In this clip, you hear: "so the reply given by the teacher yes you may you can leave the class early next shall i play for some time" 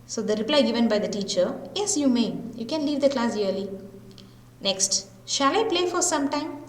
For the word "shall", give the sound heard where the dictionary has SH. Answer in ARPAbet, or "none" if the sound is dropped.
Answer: SH